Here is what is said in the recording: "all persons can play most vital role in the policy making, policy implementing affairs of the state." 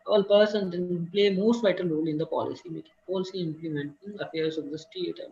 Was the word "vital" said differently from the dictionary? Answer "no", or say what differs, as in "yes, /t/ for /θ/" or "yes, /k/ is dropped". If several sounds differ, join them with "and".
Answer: no